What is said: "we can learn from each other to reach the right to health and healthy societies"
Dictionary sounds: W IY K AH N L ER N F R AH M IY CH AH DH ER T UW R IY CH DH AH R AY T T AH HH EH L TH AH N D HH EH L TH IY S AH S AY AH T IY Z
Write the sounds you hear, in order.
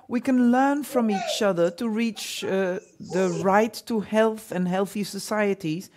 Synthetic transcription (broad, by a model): W IY K AH N L ER N F R AH M IY CH AH DH ER T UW R IY CH DH AH R AY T T AH HH EH L TH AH N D HH EH L TH IY S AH S AY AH T IY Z